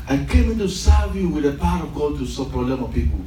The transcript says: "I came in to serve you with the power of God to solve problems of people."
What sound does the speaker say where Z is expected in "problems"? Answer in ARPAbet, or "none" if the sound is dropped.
none